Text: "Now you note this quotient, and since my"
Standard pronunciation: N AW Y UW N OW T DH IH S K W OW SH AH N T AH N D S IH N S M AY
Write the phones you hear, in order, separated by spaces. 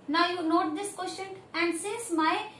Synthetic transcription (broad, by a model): N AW Y UW N OW T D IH S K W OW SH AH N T AH N D S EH S M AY